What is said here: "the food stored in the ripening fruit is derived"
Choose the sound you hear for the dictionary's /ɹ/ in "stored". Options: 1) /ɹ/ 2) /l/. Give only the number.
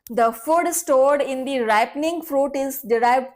1